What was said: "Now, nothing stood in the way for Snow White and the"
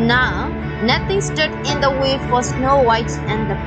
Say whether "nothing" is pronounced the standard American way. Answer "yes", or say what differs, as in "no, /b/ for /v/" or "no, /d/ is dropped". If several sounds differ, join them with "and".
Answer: no, /t/ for /θ/